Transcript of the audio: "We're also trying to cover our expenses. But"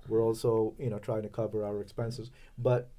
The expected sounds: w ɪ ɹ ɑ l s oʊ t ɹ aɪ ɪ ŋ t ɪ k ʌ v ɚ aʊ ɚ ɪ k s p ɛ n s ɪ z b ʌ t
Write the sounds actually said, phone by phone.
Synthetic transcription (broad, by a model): w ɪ ɹ ɑ l s oʊ t ɹ aɪ ɪ ŋ t ɪ k ʌ v ɚ aʊ ɚ ɪ k s p ɛ n s ɪ z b ʌ t